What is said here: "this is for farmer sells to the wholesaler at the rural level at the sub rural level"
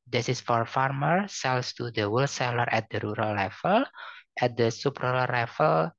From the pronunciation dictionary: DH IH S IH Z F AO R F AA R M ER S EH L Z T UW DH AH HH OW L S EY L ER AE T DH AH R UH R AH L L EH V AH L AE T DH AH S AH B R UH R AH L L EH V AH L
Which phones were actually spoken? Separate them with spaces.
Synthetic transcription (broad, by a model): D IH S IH S F AO R F AA R M ER S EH L S T UW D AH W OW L S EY L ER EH T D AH R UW R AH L L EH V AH L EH T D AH S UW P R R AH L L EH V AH L